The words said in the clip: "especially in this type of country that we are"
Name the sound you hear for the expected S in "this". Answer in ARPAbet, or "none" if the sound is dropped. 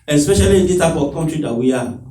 none